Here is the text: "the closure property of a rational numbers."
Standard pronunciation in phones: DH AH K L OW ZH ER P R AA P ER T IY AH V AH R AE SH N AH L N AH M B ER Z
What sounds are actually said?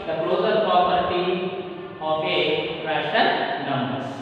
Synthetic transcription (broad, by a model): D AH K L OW Z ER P AA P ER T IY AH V AH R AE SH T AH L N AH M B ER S